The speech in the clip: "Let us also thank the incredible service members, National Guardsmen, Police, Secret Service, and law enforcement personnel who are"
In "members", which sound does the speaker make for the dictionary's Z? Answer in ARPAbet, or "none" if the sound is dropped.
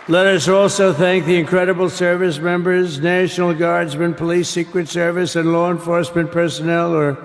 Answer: Z